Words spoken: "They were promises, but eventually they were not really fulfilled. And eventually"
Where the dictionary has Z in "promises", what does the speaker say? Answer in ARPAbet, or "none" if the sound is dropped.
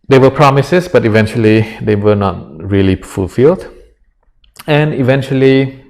S